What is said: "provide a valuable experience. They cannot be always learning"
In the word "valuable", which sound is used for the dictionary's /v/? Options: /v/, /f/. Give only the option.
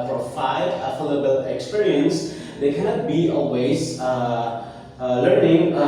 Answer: /f/